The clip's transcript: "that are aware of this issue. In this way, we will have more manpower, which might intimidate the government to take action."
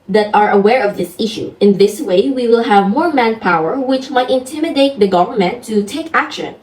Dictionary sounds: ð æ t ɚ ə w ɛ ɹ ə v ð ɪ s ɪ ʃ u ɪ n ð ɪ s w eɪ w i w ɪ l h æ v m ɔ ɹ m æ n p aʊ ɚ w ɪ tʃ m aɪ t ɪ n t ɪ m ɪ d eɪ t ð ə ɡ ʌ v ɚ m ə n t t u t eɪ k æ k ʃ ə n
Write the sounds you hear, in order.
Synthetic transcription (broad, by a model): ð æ t ɚ ə w ɛ ɹ ə v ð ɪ s ɪ ʃ u ɪ n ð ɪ s w eɪ w i w ɪ l h æ v m ɔ ɹ m æ n p aʊ ɚ w ɪ tʃ m aɪ t ɪ n t ɪ m ɪ d eɪ t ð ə ɡ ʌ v ɚ m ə n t t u t eɪ k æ k ʃ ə n